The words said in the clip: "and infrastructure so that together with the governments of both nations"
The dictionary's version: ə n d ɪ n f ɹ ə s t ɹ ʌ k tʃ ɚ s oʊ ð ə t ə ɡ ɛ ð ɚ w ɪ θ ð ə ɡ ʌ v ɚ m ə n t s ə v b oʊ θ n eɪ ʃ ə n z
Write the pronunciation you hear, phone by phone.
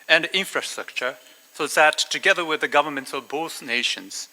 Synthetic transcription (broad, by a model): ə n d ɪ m f ɹ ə s t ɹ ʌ k tʃ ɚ s oʊ ð ə t ə ɡ ɛ ð ɚ w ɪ ð ə ɡ ʌ v ɚ m ə n t s ə v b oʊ s n eɪ ʃ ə n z